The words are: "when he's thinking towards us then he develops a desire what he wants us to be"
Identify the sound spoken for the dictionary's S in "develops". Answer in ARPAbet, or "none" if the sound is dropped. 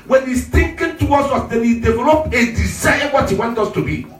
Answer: none